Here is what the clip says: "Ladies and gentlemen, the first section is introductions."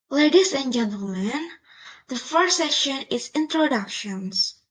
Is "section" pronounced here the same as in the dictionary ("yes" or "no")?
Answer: no